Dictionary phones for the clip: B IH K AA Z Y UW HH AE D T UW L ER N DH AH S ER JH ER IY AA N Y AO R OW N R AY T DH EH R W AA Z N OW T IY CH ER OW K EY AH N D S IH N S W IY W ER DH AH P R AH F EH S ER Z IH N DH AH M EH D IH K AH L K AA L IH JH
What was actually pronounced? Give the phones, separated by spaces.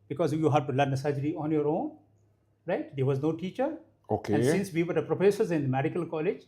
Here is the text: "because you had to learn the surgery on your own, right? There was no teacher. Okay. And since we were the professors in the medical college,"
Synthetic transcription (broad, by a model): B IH K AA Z Y UW HH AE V T UW L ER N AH S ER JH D IY AA N Y AO R OW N R AY T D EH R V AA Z N OW T IY CH ER OW K EY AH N S IH N S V IY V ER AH P R AH F EH S ER Z IH N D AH M EH D IH K AH L K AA L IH JH